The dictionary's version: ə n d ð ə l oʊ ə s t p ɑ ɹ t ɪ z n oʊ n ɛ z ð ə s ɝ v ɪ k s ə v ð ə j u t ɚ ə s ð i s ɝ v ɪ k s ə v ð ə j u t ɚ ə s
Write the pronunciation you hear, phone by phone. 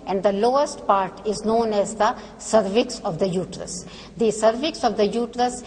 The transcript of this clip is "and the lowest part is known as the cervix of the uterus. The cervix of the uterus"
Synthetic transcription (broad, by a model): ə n d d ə l oʊ ə s t p ɑ ɹ t ɪ z n oʊ n ɛ z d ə s ɝ v ɪ k s ə v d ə j u t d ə s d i s ɝ v ɪ k s ə v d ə j u t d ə s